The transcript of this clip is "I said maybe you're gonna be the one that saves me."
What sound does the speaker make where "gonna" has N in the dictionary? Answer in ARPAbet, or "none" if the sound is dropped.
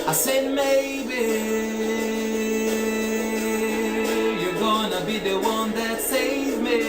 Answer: N